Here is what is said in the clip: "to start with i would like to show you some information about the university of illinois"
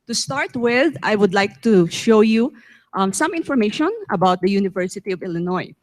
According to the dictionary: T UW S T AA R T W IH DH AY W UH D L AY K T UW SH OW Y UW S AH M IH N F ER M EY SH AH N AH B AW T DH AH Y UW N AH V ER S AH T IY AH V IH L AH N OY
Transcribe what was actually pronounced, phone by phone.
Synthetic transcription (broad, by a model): T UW S T AA R T W IH DH AY W UH D L AY K T UW SH OW Y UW S AH M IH N F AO M EY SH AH N AH B AW T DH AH Y UW N AH V ER S AH T IY AH V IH L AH N OY